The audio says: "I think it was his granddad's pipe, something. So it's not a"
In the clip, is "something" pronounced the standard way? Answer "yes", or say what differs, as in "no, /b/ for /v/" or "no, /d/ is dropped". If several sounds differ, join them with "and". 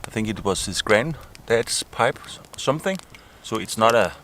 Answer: yes